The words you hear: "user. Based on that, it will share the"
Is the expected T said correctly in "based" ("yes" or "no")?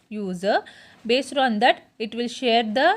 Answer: yes